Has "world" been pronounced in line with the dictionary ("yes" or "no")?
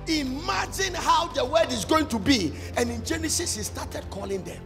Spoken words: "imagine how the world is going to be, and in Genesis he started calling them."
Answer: no